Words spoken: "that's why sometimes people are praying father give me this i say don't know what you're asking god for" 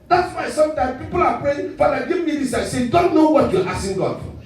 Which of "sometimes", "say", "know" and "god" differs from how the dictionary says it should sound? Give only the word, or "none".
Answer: sometimes